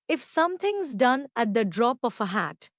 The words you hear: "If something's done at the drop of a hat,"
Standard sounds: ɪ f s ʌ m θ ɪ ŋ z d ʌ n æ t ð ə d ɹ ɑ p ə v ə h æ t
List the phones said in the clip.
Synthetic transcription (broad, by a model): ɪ f s ʌ m t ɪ ŋ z d ʌ n æ t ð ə d ɹ ɑ p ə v ə h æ t